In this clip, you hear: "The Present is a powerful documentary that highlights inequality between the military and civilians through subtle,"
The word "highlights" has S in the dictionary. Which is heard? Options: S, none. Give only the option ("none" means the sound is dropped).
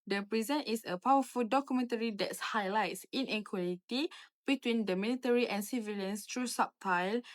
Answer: S